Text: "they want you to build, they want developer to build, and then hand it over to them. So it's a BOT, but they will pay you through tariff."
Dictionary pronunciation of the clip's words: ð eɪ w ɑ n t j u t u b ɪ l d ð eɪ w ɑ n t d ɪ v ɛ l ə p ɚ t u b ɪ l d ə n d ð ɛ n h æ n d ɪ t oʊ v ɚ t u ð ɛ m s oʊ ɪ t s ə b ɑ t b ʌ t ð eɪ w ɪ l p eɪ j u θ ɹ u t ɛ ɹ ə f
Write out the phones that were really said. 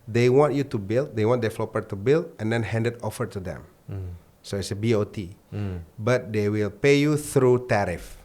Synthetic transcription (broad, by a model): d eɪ w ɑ n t j u t u b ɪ l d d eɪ w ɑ n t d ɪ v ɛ l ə p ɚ t u b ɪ l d ə n d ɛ n h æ n d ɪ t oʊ f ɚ t u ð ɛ m s oʊ ɪ t s ə b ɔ t b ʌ t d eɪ w ɪ l p eɪ j u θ ɹ u t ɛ ɹ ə f